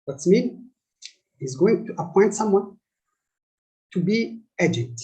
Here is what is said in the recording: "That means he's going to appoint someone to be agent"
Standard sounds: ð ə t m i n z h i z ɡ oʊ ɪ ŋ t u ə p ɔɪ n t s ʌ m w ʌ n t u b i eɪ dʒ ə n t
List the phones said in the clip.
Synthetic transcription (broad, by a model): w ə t m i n h i z ɡ oʊ ɪ ŋ t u ə p ɔɪ n t s ʌ m w ʌ n t u b i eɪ dʒ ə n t